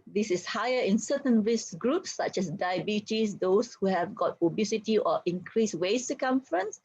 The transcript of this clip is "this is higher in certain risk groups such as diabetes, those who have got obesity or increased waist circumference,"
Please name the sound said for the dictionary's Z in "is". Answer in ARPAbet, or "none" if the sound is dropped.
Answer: S